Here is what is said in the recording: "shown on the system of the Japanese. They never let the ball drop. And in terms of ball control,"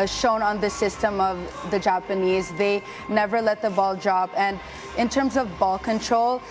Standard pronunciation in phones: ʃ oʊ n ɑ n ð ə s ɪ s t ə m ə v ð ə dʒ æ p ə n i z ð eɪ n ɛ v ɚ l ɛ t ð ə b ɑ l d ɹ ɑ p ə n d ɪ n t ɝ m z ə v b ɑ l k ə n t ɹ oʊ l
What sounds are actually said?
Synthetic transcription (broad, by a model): ʃ oʊ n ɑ n ð ə s ɪ s t ə m ə v ð ə dʒ æ p ə n i z ð eɪ n ɛ v ɚ l ɛ t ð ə b ɑ l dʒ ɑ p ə n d ɪ n t ɝ m z ə v b ɑ l k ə n t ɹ oʊ l